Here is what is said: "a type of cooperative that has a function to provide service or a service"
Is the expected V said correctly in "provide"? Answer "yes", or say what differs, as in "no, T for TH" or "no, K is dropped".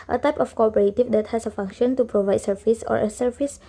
yes